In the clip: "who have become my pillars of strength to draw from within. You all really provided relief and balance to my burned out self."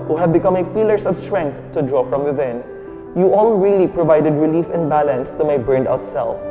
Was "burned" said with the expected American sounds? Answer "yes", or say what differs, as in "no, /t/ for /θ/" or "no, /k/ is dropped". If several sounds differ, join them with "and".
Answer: yes